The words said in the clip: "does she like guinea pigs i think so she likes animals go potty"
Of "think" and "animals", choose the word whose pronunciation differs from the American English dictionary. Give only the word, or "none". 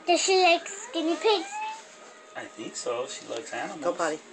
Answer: animals